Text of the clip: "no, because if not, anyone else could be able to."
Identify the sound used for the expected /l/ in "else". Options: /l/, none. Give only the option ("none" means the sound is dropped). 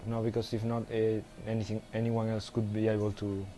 /l/